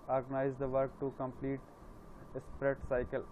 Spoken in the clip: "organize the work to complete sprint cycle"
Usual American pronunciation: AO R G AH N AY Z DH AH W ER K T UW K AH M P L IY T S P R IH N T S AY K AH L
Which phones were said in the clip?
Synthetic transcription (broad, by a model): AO R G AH N AY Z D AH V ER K T UW K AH M P L IY T S P R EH T S AY K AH L